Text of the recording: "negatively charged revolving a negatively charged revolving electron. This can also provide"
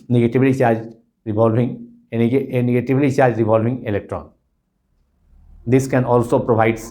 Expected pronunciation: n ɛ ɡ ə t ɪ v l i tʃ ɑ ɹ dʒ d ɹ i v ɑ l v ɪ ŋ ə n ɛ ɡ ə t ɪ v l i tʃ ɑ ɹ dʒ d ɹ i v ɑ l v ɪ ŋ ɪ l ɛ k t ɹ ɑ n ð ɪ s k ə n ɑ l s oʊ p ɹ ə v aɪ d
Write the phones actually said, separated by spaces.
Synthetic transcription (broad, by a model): n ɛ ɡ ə t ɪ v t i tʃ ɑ ɹ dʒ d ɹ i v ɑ l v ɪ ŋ n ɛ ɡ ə t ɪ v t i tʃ ɑ ɹ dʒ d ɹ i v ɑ l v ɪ ŋ ɪ l ɛ k t ɹ ɑ n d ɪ s k ə n ɑ l s oʊ p ɹ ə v aɪ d